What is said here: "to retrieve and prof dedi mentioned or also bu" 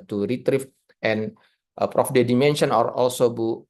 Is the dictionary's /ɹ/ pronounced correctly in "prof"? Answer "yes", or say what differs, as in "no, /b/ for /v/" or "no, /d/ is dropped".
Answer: yes